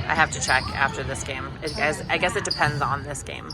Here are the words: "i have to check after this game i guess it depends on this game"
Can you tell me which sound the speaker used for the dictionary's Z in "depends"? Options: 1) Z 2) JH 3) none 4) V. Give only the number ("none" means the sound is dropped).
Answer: 1